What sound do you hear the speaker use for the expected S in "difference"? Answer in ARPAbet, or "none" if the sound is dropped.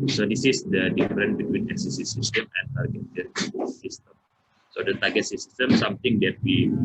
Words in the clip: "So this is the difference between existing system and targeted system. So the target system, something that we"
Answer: none